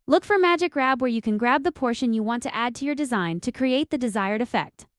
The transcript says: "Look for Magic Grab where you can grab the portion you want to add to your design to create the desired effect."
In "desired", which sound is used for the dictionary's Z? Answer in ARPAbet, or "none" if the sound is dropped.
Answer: Z